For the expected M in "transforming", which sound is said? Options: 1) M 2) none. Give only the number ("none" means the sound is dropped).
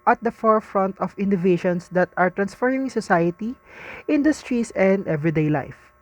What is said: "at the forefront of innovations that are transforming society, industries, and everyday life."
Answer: 2